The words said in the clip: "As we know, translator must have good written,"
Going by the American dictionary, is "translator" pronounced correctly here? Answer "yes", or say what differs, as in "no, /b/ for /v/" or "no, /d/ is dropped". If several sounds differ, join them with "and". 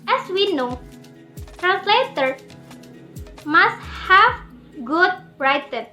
yes